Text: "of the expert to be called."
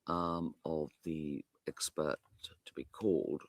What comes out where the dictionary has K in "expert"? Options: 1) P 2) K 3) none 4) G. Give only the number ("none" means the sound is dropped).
2